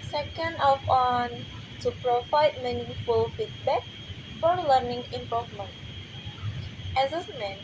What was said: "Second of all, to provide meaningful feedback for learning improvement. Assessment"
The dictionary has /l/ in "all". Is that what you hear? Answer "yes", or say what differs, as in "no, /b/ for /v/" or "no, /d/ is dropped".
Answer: no, /n/ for /l/